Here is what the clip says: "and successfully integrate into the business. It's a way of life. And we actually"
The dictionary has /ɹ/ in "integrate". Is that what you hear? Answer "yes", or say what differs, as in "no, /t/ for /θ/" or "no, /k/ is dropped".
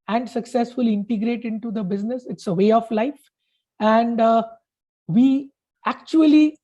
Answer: yes